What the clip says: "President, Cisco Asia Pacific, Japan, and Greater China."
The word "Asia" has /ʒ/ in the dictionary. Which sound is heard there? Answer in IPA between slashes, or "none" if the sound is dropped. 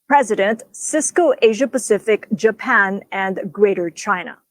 /ʒ/